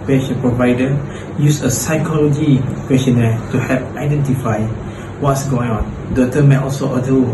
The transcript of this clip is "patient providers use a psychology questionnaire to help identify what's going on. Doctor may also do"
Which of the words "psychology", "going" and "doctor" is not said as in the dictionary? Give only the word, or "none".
doctor